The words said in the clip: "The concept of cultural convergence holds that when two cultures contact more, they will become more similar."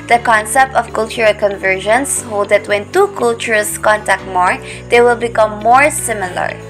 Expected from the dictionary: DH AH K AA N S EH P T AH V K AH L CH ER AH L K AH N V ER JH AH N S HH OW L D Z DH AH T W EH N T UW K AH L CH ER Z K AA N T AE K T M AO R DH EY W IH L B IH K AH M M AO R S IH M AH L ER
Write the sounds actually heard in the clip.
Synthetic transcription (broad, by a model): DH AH K AA N S EH P T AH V K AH L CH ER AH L K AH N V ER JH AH N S HH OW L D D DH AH T W EH N T UW K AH L CH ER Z K AA N T AE K T M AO R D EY W IH L B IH K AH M M AO R S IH M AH L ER